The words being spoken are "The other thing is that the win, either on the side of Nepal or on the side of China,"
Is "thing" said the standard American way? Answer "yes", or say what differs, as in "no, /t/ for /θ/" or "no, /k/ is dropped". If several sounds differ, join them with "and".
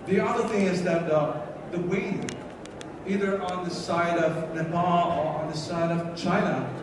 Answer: yes